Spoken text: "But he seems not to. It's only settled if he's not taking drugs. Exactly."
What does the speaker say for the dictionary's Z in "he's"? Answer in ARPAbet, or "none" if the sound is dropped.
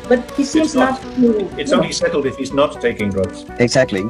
Z